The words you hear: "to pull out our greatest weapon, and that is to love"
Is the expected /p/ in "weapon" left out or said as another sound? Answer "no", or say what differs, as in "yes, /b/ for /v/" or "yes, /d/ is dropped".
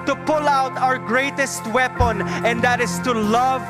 no